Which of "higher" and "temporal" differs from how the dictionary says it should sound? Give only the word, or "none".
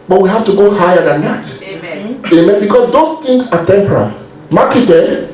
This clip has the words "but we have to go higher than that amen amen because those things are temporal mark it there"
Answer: none